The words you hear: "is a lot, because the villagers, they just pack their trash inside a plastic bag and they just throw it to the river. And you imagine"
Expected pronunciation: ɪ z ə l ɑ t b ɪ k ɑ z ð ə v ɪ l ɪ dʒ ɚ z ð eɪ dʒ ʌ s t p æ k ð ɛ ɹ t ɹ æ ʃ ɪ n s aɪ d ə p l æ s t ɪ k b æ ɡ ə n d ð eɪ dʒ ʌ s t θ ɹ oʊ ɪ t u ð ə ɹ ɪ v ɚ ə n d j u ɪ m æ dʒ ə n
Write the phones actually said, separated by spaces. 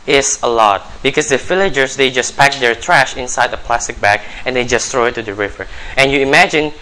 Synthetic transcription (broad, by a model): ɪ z ə l ɑ t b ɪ k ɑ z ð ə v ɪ l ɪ dʒ ɚ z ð eɪ dʒ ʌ s p æ k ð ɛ ɹ t ɹ æ ʃ ɪ n s aɪ d ə p l æ s t ɪ k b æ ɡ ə n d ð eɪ dʒ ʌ s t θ ɹ oʊ ɪ t u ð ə ɹ ɪ v ɚ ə n j u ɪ m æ dʒ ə n